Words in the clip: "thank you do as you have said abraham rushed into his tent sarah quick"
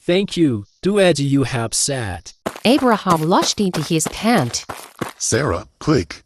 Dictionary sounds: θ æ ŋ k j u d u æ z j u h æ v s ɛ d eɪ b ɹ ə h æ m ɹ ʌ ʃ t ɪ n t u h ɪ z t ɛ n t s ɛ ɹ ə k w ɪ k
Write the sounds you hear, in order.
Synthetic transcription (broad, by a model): θ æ ŋ k j u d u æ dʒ j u h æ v s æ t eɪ b ɹ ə h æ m l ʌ ʃ t ɪ n t u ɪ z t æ n t s ɛ ɹ ə k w ɪ k